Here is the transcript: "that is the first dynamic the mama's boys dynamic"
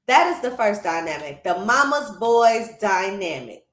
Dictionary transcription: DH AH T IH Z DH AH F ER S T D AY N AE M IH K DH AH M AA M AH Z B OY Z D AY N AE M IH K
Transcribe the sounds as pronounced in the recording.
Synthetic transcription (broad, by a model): DH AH T IH Z DH AH F ER S D AY N AE M IH K DH AH M AA M AH Z B OY Z D AY N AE M IH K